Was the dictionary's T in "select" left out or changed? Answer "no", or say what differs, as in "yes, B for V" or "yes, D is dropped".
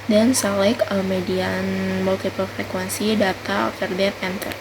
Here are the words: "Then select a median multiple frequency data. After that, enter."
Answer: yes, T is dropped